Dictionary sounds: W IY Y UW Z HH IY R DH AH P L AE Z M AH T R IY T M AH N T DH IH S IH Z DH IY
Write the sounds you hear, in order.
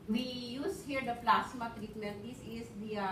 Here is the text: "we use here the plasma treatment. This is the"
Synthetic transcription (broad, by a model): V IY Y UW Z HH IY R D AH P L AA S M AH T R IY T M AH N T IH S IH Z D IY